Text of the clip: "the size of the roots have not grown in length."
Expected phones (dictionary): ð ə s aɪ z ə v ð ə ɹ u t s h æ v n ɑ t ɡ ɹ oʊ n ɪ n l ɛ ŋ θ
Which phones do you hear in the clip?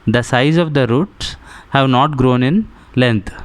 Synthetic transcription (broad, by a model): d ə s aɪ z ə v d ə ɹ u t s h æ v n ɑ t ɡ ɹ oʊ n ɪ n l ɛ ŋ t